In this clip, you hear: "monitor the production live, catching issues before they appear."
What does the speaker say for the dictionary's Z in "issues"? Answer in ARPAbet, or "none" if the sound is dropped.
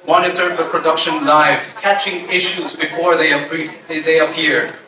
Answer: Z